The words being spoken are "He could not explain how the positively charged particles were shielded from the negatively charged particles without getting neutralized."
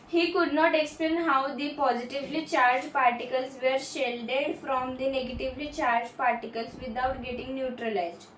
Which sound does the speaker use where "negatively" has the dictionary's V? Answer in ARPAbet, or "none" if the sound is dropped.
V